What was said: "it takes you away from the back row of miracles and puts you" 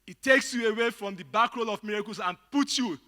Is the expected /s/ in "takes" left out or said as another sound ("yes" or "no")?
no